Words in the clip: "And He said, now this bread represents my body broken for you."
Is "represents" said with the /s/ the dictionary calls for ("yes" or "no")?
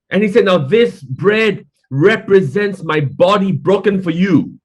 yes